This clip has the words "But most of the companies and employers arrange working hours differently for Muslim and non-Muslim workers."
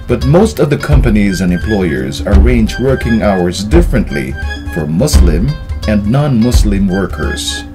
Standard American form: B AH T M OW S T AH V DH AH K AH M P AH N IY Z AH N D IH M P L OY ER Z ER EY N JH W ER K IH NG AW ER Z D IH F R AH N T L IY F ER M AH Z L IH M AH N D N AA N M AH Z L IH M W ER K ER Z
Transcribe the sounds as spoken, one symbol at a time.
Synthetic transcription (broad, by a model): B AH T M OW S T AH V DH AH K AH M P AH N IY Z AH N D IH M P L OY ER Z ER EY N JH W ER K IH NG AW ER Z D IH F R AH N T L IY F ER M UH S L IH M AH N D N AA N M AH S L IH M W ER K ER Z